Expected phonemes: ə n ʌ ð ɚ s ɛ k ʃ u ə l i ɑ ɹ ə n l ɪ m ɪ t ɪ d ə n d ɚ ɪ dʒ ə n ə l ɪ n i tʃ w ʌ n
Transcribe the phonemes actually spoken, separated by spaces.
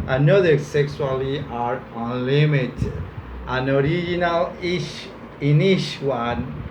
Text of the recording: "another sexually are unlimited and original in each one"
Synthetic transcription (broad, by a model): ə n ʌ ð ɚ s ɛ k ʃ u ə l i ɑ ɹ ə n l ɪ m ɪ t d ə n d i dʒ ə n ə l ɪ n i ʃ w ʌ n